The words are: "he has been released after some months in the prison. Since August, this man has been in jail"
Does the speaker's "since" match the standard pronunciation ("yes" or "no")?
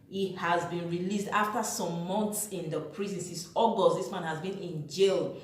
no